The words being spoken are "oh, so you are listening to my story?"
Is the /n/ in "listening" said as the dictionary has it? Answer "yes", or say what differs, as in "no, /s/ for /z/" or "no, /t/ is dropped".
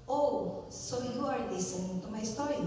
no, /n/ is dropped